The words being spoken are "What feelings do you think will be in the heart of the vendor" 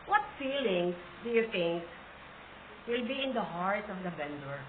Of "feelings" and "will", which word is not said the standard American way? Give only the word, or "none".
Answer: feelings